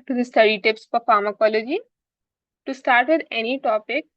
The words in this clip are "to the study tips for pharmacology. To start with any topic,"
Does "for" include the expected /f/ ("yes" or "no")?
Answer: no